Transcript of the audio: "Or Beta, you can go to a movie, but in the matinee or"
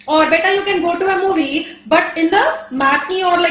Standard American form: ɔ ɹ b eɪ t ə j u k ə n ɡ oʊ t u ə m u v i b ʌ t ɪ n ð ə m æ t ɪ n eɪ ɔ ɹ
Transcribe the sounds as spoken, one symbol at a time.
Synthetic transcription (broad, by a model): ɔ ɹ b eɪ t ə j u k ə n ɡ oʊ t u ə m u v i b ʌ t ɪ n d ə m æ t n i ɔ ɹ